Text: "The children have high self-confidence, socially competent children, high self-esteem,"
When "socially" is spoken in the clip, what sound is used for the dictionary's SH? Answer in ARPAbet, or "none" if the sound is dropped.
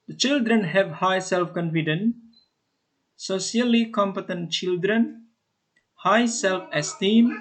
none